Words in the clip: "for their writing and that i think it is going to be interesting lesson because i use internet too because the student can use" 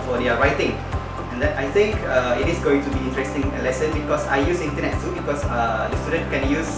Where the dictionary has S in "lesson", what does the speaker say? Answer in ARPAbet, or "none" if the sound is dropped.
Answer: S